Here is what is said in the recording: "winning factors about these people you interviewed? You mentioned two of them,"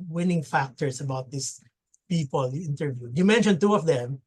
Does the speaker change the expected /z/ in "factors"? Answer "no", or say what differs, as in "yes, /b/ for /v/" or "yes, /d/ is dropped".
yes, /s/ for /z/